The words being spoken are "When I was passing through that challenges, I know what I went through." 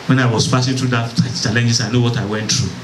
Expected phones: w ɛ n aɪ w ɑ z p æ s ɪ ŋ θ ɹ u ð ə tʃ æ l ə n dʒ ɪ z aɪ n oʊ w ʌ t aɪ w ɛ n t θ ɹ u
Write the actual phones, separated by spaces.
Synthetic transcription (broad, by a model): w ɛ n aɪ w ɑ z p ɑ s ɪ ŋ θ ɹ u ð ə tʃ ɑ l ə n dʒ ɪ s aɪ n oʊ w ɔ t aɪ w ɛ n t ɹ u